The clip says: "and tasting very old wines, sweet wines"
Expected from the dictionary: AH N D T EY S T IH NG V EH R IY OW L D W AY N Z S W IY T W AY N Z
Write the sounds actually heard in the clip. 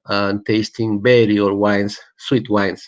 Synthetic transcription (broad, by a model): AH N T EY S T IH NG B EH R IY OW D W AY N S W IY T W AY N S